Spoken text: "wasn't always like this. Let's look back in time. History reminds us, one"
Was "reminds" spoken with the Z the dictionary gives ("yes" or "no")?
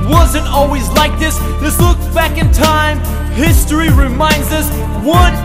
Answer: yes